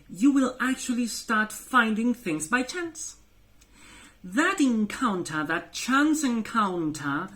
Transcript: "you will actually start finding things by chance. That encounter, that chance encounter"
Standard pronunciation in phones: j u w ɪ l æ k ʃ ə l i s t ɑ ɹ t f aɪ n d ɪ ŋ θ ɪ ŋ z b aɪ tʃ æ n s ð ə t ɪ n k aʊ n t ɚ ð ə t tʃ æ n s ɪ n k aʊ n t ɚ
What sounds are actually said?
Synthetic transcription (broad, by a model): j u w ɪ l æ k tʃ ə l i s t ɑ ɹ t f aɪ n d ɪ ŋ θ ɪ ŋ z b aɪ tʃ æ n s ð ə t ɪ n k aʊ n t ɚ ð ə t tʃ æ n s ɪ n k aʊ n t ɚ